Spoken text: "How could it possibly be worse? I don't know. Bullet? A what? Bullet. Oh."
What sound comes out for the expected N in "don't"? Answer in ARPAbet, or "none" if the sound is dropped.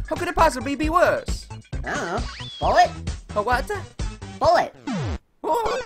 L